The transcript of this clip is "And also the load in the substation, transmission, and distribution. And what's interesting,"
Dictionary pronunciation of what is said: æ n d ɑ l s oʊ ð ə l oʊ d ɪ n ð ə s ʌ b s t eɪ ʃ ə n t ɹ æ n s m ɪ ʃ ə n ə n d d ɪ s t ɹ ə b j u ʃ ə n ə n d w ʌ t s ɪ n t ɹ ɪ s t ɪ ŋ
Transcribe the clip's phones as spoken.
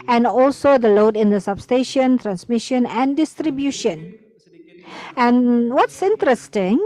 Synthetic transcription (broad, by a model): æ n d ɑ l s oʊ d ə l oʊ d ɪ n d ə s ʌ b s t eɪ ʃ ə n t ɹ æ n s m ɪ ʃ ə n ə n d d ɪ s t ɹ ə b j u ʃ ə n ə n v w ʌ t s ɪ n t ɹ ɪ s t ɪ ŋ